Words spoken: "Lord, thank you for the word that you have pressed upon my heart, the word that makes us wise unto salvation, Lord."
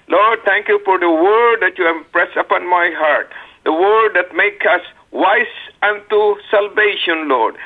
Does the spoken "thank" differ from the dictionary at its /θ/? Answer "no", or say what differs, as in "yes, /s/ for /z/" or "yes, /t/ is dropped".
yes, /t/ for /θ/